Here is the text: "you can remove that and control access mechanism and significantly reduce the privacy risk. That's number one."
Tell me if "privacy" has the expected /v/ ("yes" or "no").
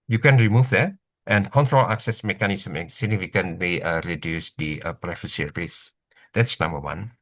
no